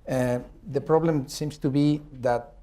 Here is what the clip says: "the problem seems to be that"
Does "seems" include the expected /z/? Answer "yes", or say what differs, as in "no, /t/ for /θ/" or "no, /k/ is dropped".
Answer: no, /s/ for /z/